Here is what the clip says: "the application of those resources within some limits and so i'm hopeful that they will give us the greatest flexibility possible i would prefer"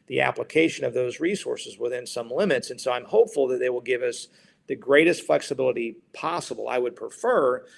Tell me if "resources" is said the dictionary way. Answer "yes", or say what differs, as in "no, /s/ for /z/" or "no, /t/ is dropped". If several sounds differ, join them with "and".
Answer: yes